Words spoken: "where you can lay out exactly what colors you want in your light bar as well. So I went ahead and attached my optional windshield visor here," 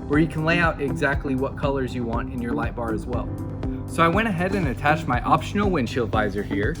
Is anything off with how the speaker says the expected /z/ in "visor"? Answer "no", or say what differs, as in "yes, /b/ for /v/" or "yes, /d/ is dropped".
no